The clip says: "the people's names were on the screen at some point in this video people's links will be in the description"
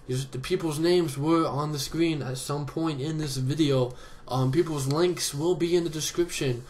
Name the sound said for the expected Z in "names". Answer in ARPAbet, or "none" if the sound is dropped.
Z